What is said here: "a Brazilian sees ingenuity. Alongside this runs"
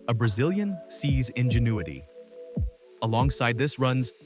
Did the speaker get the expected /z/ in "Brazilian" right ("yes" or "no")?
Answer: yes